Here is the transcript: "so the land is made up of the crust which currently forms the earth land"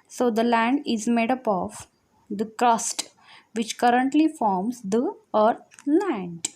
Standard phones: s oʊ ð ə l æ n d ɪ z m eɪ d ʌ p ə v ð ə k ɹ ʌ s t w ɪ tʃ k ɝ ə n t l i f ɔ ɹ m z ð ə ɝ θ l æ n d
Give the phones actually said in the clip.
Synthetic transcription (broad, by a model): s oʊ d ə l æ n d ɪ z m eɪ d ʌ p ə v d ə k ɹ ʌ s t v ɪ tʃ k ɝ ə n t l i f ɔ ɹ m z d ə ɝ t l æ n d